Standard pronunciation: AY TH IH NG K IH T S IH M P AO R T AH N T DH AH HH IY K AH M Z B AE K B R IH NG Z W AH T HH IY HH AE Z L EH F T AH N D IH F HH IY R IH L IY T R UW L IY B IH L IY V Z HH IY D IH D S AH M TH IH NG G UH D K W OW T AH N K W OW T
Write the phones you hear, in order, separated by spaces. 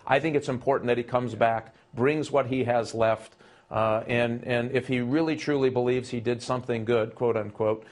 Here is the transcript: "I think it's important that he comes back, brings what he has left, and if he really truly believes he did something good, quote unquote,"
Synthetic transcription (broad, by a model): AY TH IH NG K IH T S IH M P AO R T N DH AH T IY K AH M Z B AE K B R IH NG Z W AH T HH IY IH Z L EH F T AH N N IH F HH IY R IH L IY T R UW L IY B IH L IY V Z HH IY D IH D S AH M TH IH NG G UH D K W OW T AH N K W OW T